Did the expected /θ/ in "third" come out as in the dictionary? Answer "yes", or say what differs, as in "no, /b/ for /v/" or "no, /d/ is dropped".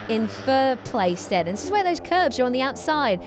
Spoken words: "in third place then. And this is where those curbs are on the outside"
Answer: no, /f/ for /θ/